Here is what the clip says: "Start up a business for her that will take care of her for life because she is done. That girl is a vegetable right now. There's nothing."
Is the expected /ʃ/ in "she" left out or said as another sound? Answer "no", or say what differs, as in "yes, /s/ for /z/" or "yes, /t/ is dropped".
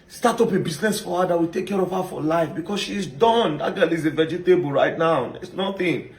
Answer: no